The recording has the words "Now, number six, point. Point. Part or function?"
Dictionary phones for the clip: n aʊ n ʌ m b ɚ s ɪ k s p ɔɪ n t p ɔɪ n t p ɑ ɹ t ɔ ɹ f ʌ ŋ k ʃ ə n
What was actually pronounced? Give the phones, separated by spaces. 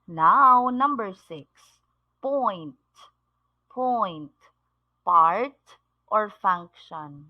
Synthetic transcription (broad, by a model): n aʊ n ʌ m b ɚ s ɪ k s p ɔɪ n t p ɔɪ n t p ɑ ɹ t ɔ ɹ f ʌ ŋ k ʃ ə n